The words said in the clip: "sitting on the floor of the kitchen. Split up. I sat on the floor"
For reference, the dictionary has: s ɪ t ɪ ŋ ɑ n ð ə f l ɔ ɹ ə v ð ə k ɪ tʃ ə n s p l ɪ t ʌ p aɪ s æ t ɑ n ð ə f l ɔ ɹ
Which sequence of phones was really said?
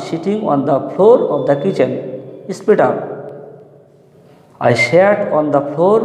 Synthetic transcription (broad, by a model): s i t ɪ ŋ ɑ n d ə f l ɔ ɹ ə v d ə k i tʃ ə n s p i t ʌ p aɪ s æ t ɑ n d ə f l ɔ ɹ